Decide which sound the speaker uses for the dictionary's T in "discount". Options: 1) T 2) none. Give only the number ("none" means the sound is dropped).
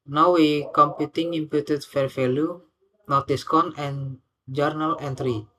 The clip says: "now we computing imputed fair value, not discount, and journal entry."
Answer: 2